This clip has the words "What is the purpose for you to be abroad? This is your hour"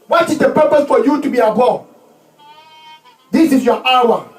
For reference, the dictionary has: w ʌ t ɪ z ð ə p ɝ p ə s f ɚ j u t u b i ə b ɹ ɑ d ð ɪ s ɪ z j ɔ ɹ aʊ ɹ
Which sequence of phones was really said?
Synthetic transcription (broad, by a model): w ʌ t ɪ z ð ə p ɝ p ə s f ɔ j u t u b i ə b ɑ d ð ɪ s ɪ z j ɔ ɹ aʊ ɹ